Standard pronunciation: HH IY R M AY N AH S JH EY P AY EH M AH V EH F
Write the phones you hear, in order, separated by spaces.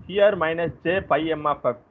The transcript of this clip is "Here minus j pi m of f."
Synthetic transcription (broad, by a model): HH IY R M AY N AH S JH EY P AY EH M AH P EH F